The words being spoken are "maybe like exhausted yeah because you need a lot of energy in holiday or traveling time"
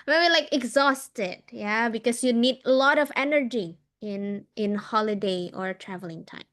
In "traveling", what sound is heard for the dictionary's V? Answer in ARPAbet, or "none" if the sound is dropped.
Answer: V